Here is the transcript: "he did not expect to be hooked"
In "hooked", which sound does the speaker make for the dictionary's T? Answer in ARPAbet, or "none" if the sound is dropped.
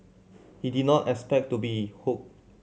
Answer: none